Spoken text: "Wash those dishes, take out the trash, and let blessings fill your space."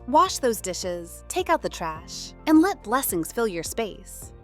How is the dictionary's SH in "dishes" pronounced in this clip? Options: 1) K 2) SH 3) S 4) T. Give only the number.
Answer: 2